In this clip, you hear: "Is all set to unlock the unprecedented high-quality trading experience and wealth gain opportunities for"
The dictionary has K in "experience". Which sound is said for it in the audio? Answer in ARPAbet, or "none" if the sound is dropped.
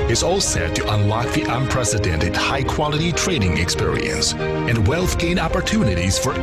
K